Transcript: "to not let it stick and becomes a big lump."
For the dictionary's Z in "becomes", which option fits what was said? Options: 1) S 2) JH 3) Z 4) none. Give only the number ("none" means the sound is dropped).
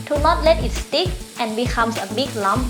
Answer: 1